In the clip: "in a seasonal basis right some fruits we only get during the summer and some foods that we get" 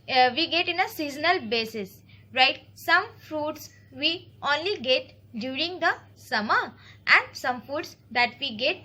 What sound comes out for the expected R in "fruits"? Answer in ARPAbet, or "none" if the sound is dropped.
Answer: R